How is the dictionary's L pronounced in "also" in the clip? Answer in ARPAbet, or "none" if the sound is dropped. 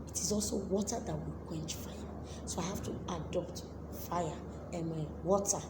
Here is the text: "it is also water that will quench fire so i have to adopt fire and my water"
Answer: L